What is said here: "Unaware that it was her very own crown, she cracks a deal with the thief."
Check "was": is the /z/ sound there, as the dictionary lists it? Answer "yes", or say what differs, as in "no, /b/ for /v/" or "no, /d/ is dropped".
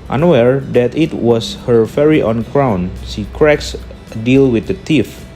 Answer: no, /s/ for /z/